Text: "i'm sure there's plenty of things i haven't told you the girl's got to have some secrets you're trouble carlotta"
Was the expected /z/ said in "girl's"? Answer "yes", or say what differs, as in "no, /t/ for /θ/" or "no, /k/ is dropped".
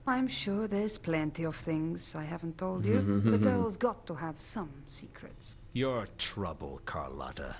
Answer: yes